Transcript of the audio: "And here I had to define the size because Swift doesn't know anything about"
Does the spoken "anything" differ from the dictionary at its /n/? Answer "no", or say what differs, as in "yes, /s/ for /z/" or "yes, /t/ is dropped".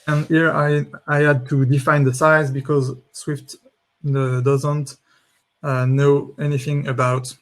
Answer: no